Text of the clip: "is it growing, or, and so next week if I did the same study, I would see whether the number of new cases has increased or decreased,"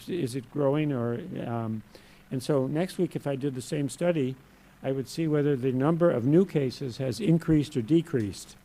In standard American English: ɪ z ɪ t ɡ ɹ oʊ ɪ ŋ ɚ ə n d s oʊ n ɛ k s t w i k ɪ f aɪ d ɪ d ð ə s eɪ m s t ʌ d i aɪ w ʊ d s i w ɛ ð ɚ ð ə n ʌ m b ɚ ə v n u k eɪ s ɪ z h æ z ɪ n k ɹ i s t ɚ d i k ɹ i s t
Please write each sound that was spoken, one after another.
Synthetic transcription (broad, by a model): ɪ z ɪ t ɡ ɹ oʊ ɪ ŋ ɚ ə n s oʊ n ɛ k s t w i k ɪ f aɪ d ɪ d ð ə s eɪ m s t ʌ d i aɪ w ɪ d s i w ɛ ð ɚ ð ə n ʌ m b ɚ ə v n u k eɪ s ɪ z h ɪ z ɪ n k ɹ i s t ɚ d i k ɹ i s t